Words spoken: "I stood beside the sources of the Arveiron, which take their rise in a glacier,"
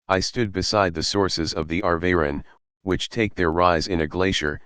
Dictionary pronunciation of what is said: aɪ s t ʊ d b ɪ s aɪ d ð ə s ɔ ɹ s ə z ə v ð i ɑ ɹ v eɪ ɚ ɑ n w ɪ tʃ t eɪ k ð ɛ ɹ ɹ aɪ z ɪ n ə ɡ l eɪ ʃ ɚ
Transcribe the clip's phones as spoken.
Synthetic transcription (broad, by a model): aɪ s t ʊ d b ɪ s aɪ d ð ə s ɔ ɹ s ə z ə v ð i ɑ ɹ v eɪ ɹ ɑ n w ɪ tʃ t eɪ k ð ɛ ɹ ɹ aɪ z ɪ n ə ɡ l eɪ ʃ ɚ